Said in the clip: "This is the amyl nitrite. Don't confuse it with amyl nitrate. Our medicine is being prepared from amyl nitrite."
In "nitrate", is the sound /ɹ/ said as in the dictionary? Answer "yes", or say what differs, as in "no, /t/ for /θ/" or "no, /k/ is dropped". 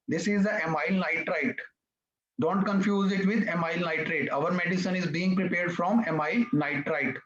yes